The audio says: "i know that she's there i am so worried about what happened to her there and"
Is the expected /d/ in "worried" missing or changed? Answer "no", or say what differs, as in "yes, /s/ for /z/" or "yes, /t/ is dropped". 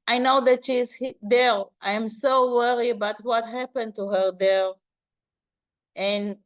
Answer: yes, /d/ is dropped